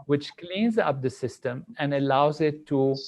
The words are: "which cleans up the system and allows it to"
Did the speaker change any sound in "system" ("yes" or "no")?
no